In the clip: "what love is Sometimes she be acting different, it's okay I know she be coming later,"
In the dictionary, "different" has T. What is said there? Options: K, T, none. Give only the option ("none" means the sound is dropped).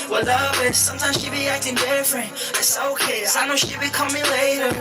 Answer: none